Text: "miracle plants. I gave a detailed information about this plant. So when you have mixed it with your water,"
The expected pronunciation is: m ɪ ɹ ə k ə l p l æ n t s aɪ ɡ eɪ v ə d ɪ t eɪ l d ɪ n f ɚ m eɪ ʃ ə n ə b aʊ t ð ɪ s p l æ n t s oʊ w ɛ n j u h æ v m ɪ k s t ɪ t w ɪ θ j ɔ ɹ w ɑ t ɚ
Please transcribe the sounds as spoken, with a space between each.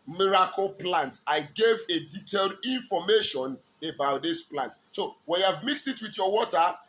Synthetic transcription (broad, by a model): m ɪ ɹ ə k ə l p l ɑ n t aɪ ɡ eɪ v ə d ɪ t eɪ l d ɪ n f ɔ m eɪ ʃ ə n ə b aʊ t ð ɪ s p l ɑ n t s oʊ w ɛ n j u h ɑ v m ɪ k s t ɪ t w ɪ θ j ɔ w ɑ t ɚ